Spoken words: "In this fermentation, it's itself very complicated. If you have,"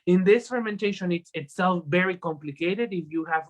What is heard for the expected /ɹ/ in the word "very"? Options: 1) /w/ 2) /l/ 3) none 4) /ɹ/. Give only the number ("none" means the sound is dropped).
4